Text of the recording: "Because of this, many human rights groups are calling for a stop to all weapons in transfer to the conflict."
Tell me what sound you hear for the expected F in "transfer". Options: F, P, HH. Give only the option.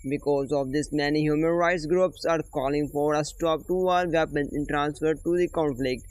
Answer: F